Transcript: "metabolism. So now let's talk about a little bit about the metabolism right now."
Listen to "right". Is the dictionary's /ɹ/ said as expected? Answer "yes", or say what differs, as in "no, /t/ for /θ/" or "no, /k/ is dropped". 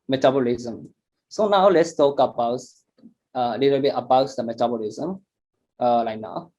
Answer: no, /l/ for /ɹ/